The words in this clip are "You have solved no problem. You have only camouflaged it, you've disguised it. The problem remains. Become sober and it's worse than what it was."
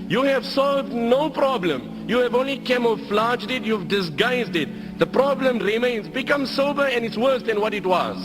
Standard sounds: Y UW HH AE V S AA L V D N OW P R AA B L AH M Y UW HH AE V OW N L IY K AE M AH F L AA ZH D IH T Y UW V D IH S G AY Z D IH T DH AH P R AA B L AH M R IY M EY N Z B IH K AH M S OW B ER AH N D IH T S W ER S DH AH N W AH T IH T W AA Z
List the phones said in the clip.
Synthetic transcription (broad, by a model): Y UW HH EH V S AA L V D N OW P R AA B L AH M Y UW HH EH V OW N L IY K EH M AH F L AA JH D IH T Y UW V D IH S G AY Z D IH T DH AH P R AA B L AH M R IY M EY N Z B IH K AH M S OW B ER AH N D IH T S W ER S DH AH N W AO T IH T W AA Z